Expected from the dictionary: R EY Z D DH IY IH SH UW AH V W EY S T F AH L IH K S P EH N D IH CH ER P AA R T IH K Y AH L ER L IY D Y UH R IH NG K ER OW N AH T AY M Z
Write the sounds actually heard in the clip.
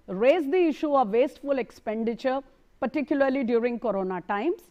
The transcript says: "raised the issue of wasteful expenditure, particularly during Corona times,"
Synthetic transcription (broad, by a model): R EY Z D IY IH SH UW AH V EY S T F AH L IH K S P EH N D IH CH ER P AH R T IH K Y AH L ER L IY D Y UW R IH NG K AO OW N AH T AY M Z